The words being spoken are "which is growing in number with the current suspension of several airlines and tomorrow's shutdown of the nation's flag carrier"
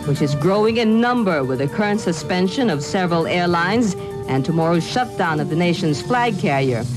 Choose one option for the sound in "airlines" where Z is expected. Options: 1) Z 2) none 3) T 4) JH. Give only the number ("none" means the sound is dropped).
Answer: 1